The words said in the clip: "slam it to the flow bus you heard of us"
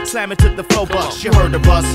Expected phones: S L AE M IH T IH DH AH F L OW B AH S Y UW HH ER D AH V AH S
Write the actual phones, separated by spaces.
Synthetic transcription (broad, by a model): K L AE M IH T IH DH AH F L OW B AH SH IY HH ER D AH B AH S